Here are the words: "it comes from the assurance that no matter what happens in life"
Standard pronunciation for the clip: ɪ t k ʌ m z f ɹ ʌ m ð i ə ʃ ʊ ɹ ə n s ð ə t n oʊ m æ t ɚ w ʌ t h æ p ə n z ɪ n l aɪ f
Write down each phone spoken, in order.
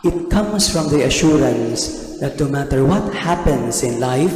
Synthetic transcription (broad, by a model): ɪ t k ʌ m s f ɹ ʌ m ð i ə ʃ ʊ ɹ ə n s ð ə t n oʊ m æ t ɚ w ʌ t h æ p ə n s ɪ n l aɪ f